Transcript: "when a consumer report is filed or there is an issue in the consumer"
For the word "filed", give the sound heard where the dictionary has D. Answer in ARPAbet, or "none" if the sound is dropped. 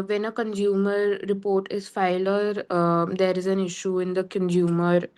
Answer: none